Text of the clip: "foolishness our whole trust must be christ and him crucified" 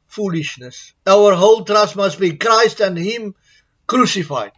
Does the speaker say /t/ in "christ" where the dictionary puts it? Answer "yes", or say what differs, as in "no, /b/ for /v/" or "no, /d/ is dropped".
yes